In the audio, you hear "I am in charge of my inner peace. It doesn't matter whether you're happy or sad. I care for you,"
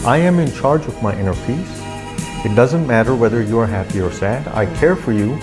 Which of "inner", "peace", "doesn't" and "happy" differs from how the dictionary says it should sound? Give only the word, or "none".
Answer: peace